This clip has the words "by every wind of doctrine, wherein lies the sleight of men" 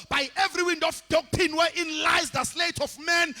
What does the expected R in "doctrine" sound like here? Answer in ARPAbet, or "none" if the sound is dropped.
none